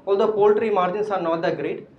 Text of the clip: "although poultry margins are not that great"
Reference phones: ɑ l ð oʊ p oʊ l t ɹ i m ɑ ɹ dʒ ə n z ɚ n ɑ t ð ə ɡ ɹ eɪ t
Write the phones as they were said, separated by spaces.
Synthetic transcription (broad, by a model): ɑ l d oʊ p oʊ l t ɹ i m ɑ ɹ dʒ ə n s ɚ n ɑ t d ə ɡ ɹ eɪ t